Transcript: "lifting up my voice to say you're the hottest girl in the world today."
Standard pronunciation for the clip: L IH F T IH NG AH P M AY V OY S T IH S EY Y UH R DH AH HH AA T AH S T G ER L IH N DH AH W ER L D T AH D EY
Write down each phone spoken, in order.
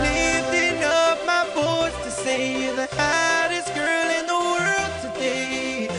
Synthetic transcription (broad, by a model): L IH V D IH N AH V M AY B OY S T IH S EY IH DH AH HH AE T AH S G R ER L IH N DH AH W ER L D T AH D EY